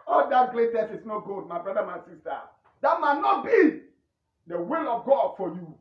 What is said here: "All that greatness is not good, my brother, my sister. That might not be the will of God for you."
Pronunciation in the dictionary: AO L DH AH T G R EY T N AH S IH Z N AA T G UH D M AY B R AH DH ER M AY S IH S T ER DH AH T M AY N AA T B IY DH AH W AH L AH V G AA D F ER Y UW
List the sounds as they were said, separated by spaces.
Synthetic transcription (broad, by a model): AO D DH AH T G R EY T AH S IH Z N AA T G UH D M AY B R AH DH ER M AY S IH S T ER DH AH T M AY N AA T B IY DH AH W AH L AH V G AA D F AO Y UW